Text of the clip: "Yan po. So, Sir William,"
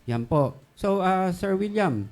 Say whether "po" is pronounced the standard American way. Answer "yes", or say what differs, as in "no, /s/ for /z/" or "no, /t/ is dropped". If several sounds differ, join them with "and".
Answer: yes